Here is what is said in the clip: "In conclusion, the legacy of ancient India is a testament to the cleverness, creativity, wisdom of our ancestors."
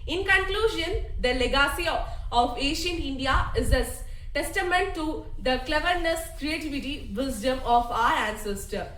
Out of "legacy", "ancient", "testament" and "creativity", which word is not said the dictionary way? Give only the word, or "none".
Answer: ancient